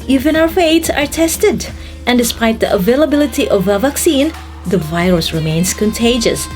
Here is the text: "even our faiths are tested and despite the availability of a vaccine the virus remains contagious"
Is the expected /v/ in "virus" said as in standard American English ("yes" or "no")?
yes